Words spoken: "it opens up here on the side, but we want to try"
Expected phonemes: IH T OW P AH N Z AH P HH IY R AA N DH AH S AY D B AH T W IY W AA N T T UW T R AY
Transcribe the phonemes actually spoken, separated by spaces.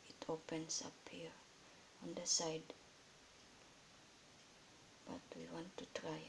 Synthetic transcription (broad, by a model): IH T OW P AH N S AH P HH IY R AA N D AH S AY D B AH T W IY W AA N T T UW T R AY